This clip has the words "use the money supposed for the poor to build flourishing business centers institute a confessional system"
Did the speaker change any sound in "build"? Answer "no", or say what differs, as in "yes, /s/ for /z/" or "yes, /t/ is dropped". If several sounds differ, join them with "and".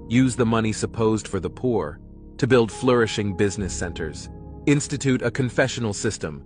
no